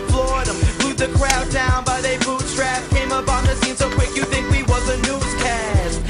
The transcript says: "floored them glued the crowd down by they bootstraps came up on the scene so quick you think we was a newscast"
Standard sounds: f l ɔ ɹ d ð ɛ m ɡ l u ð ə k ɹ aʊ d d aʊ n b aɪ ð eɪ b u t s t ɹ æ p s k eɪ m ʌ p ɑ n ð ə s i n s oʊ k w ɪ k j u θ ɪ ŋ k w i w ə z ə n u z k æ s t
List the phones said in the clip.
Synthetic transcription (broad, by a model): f l ɔ ɹ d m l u ð ə k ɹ aʊ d d aʊ n b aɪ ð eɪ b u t t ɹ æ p k eɪ m ʌ p n ð ə s i n s oʊ k w ɪ k j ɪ θ ɪ ŋ k w i w ə z ə n u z k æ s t